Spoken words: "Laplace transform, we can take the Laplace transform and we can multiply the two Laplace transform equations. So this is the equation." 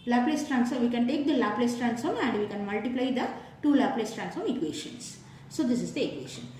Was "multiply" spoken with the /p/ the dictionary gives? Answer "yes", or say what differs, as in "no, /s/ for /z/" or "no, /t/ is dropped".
yes